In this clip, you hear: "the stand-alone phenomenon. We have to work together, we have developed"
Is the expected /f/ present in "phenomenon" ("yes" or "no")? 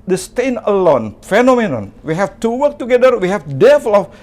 yes